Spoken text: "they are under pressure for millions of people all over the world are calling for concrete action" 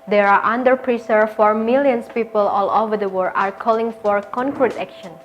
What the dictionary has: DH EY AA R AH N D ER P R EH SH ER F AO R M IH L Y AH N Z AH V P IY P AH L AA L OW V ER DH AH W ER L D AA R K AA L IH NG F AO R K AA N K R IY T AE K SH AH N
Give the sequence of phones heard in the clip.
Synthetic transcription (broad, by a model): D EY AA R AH N D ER P R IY S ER F AO R M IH L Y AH N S P IY P AH L AA L OW V ER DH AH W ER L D AA R K AA L IH NG F AO R K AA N K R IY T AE K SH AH N